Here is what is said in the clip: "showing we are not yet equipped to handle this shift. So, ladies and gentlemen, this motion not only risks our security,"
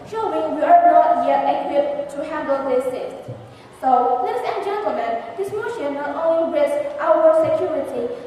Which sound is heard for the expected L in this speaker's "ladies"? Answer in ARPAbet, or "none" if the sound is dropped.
N